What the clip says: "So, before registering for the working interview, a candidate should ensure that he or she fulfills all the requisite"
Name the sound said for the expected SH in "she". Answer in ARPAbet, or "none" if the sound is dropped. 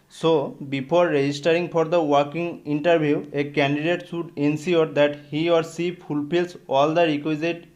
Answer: S